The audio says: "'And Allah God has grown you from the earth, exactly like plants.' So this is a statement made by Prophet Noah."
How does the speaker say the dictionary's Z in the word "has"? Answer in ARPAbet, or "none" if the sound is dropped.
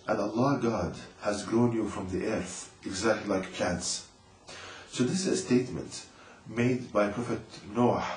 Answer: Z